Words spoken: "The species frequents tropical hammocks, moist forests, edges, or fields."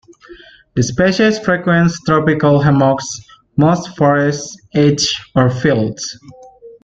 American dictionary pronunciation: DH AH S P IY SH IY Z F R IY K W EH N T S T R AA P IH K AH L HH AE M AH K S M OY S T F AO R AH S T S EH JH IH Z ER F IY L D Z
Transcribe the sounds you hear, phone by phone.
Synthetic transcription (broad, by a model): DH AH S P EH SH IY S F R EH K W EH N S T R AA P IH K AH L HH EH M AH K S M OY S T F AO R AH S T EH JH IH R F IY L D S